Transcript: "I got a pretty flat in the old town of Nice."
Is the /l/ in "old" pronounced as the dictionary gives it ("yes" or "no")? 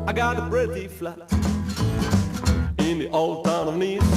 yes